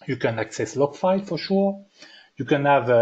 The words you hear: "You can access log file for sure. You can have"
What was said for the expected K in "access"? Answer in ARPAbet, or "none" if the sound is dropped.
K